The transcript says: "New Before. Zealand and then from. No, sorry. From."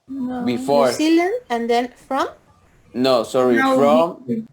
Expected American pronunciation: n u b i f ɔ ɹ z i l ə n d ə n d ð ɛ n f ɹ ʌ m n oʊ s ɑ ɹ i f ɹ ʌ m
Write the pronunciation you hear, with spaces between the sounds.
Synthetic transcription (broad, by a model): b i f ɔ ɹ s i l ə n ə n d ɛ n f ɹ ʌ m n oʊ s ɑ ɹ i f ɹ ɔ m